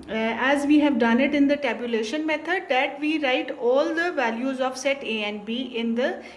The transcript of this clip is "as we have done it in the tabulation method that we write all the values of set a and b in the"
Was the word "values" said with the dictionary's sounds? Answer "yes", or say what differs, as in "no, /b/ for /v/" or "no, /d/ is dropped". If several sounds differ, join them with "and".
yes